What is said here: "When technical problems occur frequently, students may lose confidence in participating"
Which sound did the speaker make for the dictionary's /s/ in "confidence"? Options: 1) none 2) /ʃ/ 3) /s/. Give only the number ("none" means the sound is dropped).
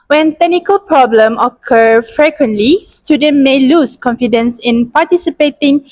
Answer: 3